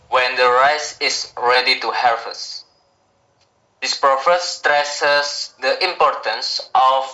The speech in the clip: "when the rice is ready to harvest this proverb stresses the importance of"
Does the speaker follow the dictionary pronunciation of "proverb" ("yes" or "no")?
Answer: no